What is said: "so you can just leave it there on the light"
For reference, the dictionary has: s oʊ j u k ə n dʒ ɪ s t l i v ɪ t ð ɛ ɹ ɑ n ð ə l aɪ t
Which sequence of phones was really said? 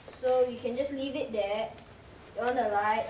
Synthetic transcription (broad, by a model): s oʊ j u k ə n dʒ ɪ s l i v ɪ t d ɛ ɑ n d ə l aɪ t